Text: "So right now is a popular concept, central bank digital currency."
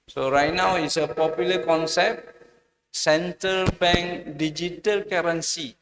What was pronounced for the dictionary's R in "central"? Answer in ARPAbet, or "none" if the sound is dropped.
none